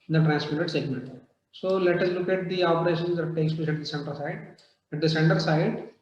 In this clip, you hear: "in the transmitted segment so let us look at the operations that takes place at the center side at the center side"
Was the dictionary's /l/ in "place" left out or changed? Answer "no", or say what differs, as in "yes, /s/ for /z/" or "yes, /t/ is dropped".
yes, /l/ is dropped